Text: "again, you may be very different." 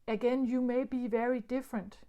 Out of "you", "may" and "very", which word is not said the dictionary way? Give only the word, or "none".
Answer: none